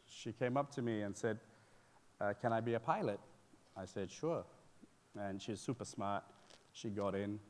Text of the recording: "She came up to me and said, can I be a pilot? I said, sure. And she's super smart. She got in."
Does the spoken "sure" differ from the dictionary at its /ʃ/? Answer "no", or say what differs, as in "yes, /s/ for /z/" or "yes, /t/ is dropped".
no